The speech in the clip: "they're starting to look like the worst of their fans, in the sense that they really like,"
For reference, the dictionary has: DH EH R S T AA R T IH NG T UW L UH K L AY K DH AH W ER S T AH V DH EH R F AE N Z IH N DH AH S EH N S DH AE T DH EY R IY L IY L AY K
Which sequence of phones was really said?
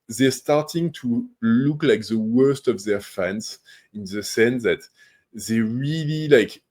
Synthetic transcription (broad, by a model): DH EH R S T AA R T IH NG T UW L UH K L AY K DH AH W ER S T AH V DH EH R F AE N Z IH N DH AH S EH N S DH AE T DH EY R IY L IY L AY K